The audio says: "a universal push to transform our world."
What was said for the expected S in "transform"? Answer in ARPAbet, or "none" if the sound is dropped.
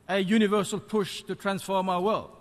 S